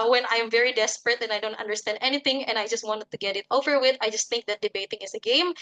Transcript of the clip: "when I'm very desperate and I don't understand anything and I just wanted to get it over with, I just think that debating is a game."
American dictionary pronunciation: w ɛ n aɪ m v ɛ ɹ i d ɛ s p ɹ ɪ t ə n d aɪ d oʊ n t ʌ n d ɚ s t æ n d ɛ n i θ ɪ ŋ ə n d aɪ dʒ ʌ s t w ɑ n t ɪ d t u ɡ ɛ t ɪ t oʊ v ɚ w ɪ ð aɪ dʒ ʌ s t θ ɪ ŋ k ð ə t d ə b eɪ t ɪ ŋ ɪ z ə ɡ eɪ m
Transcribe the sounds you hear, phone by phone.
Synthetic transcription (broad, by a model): w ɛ n aɪ m v ɛ ɹ i d ɛ s p ɹ ɪ t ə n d aɪ d oʊ n t ʌ n d ɚ s t æ n d ɛ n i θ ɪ ŋ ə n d aɪ dʒ ʌ s t w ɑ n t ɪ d t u ɡ ɛ t ɪ t oʊ v ɚ w ɪ ð aɪ dʒ ʌ s t θ ɪ ŋ k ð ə t d ə b eɪ t ɪ ŋ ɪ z ə ɡ eɪ m